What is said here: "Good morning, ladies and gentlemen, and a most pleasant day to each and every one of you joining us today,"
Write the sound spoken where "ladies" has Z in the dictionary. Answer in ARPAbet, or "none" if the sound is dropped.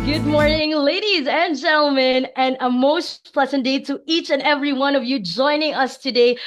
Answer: Z